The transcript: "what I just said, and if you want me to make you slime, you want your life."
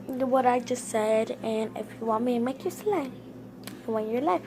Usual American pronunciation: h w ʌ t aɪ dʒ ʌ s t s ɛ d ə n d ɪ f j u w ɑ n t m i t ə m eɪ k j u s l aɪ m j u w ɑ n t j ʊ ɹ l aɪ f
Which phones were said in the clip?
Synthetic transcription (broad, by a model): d w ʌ t aɪ dʒ ʌ s t s ɛ d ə n ɪ f j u w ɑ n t m i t m eɪ k j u s l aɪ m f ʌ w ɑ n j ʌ ɹ l aɪ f